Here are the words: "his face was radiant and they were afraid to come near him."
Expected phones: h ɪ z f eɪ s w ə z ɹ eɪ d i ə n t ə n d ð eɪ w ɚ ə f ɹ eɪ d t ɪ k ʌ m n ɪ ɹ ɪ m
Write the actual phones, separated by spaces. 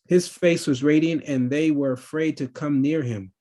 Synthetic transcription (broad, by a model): h ɪ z f eɪ s w ə z ɹ eɪ d i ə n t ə n ð eɪ w ɚ ə f ɹ eɪ d t ɪ k ʌ m n ɪ ɹ ɪ m